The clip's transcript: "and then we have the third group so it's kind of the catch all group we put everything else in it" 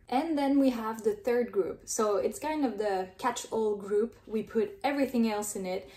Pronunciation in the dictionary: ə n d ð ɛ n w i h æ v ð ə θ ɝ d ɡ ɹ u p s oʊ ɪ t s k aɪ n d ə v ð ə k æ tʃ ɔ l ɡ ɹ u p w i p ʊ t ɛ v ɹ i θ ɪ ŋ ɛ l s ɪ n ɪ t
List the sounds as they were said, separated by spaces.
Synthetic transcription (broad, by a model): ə n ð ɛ n w i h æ v ð ə θ ɝ d ɡ ɹ u p s oʊ ɪ t s k aɪ n d ə v ð ə k æ tʃ ɔ l ɡ ɹ u p w i p ʊ t ɛ v ɹ i θ ɪ ŋ ɛ l s ɪ n ɪ t